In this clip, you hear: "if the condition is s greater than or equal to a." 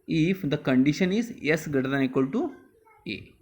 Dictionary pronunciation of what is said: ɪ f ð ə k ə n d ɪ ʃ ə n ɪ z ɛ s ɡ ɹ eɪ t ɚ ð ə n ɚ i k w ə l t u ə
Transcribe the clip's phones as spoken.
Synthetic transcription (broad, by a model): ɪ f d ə k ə n d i ʃ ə n ɪ z ɛ s ɡ ʌ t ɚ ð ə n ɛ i k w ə l t u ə